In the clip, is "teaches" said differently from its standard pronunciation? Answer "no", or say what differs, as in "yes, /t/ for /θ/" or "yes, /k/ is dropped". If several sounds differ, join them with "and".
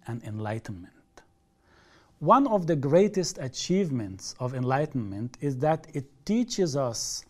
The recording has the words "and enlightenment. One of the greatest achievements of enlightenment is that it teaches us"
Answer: no